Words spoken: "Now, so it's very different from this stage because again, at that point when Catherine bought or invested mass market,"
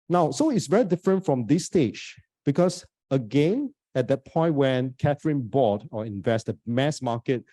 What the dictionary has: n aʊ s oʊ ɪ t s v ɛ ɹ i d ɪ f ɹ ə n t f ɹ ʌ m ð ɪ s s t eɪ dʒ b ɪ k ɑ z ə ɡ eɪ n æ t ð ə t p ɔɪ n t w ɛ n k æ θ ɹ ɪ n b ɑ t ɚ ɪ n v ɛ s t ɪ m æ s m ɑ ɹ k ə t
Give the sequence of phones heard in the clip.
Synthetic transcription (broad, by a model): n aʊ s oʊ ɪ t s v ɛ ɹ i d ɪ f ɹ ə n t f ɹ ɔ m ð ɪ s s t eɪ dʒ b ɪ k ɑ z ə ɡ eɪ n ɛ t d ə t p ɔɪ n t w ɛ n k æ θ ɹ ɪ n b ɑ t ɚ ɪ n v ɛ s t ɪ m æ s m ɑ k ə t